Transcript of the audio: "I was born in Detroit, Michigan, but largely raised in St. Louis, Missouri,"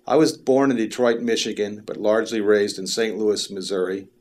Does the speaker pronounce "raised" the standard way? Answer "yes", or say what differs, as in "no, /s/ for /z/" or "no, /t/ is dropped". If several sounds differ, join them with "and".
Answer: yes